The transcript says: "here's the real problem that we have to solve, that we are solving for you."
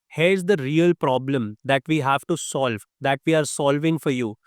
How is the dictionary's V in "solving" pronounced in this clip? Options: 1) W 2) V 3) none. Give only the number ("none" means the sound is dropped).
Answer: 2